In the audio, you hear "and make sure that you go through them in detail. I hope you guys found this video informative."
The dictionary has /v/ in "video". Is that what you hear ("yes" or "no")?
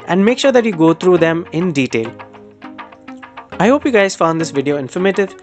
yes